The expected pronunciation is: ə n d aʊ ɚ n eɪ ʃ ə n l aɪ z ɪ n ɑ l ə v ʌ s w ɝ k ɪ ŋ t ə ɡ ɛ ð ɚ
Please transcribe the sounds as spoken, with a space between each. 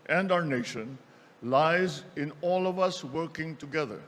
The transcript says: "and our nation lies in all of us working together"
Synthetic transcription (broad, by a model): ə n d aʊ ɚ n eɪ ʃ ə n l aɪ z ɪ n ɑ l ə v ʌ s w ɝ k ɪ ŋ t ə ɡ ɛ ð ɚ